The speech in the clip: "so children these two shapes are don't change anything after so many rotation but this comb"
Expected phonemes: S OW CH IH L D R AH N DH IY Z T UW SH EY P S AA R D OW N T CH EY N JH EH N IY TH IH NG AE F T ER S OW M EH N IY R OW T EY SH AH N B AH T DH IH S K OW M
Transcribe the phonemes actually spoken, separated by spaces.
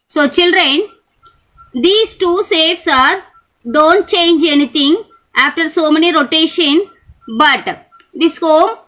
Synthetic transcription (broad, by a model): S OW CH IH L D R AH N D IY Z T UW S EY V S AA R D OW N T CH EY N JH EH N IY T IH NG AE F T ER S OW M EH N IY R OW T EY SH AH N B AH T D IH S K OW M